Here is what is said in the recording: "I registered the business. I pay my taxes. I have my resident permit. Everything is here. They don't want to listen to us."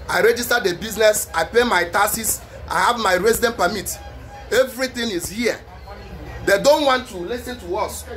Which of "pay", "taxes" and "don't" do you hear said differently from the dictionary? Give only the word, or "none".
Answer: taxes